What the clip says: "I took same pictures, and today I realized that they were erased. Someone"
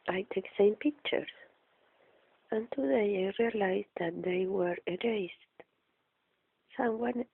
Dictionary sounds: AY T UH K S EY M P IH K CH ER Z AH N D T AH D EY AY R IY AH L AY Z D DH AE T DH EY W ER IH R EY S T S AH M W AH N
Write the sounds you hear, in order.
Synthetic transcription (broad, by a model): AY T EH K S EY M P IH K CH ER AH N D T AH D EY AY R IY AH L AY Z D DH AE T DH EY W ER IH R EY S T S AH M W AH N